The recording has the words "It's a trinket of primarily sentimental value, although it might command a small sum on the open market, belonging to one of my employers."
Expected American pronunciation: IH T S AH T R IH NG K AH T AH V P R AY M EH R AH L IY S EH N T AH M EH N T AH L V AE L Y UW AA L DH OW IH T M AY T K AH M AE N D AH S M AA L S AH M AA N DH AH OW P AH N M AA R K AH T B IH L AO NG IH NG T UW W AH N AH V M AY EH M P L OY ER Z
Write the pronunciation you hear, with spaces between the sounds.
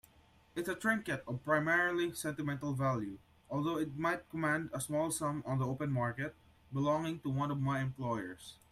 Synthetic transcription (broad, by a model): IH T S AH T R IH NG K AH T AH V P R AY M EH R L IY S EH N T AH M EH N T AH L V AE L Y UW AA L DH OW IH T M AY T K AH M AE N D AH S M AA L S AH M AA N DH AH OW P AH N M AA R K AH T B IH L AO NG IH NG T UW W AH N AH V M AY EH M P L OY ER S